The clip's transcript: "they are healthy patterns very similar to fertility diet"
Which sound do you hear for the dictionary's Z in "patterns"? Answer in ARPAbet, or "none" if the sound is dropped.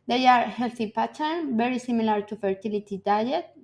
none